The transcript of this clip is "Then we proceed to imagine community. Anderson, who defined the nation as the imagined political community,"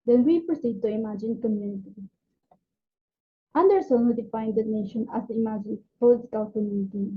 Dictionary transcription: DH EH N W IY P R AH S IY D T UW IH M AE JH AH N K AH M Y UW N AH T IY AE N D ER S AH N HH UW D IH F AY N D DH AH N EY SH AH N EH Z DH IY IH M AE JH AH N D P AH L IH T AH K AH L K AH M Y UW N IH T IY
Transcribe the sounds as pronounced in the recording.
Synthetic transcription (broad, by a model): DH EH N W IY P R AH S IY D T UW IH M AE JH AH N K AH M Y UW N AH T IY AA N D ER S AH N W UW D IH F AY N D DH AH N EY SH AH N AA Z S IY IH M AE JH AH N P AH L IH T AH K AH L K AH M Y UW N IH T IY